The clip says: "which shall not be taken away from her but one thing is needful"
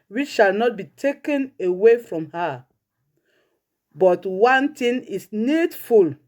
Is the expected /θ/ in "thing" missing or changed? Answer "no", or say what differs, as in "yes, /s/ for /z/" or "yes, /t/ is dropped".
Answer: yes, /t/ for /θ/